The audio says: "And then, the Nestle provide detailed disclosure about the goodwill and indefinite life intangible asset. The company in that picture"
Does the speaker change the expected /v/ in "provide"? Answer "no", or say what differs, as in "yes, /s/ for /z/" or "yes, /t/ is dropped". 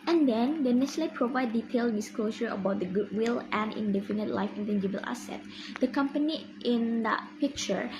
no